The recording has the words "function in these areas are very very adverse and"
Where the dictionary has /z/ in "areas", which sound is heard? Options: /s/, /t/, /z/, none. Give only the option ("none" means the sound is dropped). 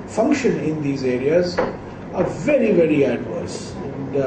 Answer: /z/